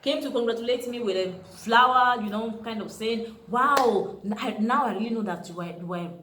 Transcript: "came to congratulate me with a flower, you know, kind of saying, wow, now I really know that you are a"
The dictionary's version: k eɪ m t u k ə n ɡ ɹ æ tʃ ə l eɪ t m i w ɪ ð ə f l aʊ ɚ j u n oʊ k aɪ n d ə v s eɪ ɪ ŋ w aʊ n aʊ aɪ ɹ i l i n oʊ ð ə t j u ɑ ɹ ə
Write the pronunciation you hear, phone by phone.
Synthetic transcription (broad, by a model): k eɪ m t u k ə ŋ ɡ ɹ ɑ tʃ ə l eɪ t m i w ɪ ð ə f l aʊ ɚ j u n oʊ k aɪ n d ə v s eɪ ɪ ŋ w aʊ n aʊ aɪ ɹ i l i n oʊ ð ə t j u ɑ w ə